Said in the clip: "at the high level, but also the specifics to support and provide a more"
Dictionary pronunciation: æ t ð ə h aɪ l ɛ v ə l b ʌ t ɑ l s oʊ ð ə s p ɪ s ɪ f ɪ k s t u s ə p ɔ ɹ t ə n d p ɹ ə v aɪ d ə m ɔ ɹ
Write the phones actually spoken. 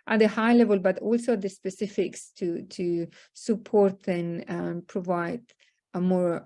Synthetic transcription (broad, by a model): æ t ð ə h aɪ l ɛ v ə l b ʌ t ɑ l s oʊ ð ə s p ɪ s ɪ f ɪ k s t u s ə p ɔ ɹ t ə n p ɹ ə v aɪ d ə m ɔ ɹ